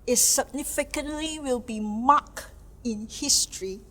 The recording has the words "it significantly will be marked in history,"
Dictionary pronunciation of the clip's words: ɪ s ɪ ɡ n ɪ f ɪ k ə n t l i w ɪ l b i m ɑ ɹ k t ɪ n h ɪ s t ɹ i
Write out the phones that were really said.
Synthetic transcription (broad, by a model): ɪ s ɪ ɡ n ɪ f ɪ k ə n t l i w ɪ l b i m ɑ k ɪ n h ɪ s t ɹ i